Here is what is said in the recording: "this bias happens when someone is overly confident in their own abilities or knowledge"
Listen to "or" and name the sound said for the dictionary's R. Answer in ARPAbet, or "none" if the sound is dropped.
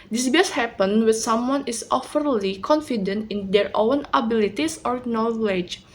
R